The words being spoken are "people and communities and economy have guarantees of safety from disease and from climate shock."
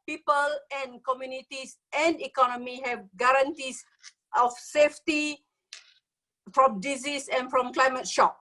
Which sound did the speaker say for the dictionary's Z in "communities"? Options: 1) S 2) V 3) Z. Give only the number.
1